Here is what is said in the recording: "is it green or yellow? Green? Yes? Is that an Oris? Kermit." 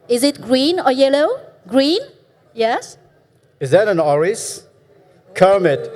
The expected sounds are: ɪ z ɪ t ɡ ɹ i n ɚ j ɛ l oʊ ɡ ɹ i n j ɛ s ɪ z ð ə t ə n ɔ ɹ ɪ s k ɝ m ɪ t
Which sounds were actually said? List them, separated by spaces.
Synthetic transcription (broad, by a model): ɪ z ɪ t ɡ ɹ i n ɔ j ɛ l oʊ ɡ ɹ i n j ɛ s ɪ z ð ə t ə n ɔ ɹ ɪ s k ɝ m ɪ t